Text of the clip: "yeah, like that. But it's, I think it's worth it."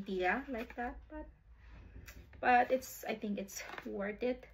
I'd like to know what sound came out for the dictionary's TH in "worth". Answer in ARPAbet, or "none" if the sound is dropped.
T